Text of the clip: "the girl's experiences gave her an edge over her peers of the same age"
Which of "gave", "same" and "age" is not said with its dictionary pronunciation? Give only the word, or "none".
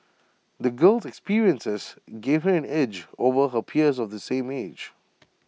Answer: none